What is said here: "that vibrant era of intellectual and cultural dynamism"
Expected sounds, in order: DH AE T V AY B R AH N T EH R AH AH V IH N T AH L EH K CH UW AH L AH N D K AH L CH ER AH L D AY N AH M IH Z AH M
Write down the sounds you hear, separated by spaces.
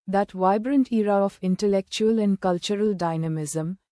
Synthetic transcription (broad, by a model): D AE T V AY B R AH N T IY R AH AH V IH N T AH L EH K CH UW AH L AH N D K AH L CH ER AH L D AY N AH M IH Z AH M